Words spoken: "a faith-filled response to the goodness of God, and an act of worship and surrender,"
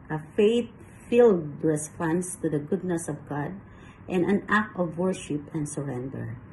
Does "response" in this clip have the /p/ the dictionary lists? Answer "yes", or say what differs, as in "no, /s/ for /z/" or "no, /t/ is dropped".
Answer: no, /f/ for /p/